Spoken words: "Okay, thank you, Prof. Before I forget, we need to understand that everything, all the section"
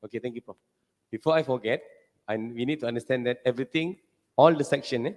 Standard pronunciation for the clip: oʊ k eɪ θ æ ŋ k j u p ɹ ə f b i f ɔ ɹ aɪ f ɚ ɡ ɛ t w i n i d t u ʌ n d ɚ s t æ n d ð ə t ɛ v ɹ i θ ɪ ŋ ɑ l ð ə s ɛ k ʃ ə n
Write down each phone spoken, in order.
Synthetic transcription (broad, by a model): oʊ k eɪ t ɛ ŋ k j u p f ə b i f ɔ aɪ f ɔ ɡ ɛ t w i n i d t u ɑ n d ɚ s t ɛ n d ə t ɛ v ɹ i t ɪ ŋ ɑ l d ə s ɛ k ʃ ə n